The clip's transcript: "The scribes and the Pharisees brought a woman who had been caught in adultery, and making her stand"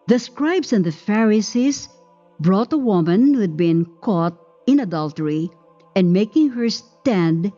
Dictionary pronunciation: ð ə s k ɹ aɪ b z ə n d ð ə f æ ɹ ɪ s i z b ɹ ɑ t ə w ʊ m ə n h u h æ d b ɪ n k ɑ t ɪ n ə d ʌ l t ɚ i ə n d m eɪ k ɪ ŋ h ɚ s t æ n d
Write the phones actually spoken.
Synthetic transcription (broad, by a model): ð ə s k ɹ aɪ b s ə n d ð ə f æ ɹ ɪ s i s b ɹ ɑ t ə w ʊ m ə n h u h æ d b ɪ n k ɑ t ɪ n ə d ʌ l t ɚ i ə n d m eɪ k ɪ ŋ h ɚ s t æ n d